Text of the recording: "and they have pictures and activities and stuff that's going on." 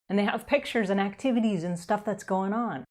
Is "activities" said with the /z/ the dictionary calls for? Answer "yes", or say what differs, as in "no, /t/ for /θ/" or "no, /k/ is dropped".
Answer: yes